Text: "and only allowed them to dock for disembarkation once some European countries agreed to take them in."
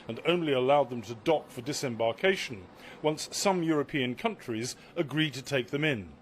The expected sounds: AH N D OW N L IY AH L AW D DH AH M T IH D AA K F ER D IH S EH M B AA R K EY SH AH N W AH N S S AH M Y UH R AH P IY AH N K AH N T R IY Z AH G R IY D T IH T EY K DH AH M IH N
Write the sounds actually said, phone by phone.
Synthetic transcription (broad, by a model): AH N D OW N L IY AH L AW D DH AH M T IH D AA K F ER D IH S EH M B AA R K EY SH N W AH N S S AH M Y UH R AH P IY AH N K AH N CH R IY Z AH G R IY D T IH T EY K DH AH M IH N